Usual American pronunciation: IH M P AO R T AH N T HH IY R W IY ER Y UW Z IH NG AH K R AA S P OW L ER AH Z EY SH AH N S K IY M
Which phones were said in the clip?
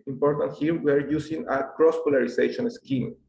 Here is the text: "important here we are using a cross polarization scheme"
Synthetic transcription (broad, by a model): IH M P AO R T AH N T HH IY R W ER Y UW S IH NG AH K R AA S P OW L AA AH S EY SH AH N S K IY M